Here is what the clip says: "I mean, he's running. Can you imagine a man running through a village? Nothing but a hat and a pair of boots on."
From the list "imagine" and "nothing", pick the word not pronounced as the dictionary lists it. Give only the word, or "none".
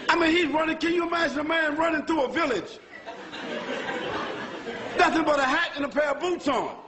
nothing